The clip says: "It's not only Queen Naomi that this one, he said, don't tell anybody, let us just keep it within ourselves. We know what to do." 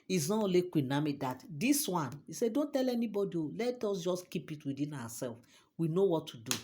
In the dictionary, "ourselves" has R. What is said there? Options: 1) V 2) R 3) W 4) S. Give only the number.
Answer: 3